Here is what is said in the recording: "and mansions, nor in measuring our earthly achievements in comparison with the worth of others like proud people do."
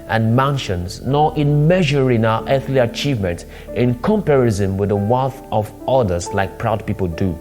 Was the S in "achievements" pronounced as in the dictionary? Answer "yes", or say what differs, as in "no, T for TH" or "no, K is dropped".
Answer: no, S is dropped